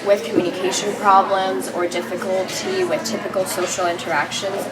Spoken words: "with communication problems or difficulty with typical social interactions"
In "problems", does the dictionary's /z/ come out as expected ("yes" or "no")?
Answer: yes